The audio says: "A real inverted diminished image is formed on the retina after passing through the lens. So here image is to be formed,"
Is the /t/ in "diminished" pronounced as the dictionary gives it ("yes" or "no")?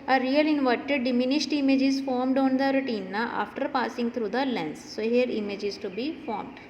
yes